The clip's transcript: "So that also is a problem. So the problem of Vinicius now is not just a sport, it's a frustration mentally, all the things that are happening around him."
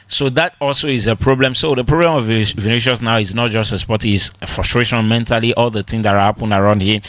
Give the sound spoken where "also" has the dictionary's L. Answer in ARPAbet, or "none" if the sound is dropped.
L